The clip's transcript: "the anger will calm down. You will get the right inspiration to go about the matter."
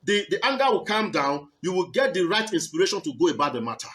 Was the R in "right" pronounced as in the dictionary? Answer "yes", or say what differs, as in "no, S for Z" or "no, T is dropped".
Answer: yes